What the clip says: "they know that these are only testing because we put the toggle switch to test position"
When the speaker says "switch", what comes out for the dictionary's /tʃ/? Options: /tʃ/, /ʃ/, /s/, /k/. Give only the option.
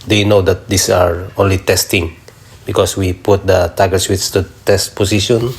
/s/